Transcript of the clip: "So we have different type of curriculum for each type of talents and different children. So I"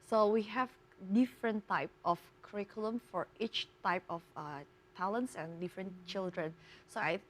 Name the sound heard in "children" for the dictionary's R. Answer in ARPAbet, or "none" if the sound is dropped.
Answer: R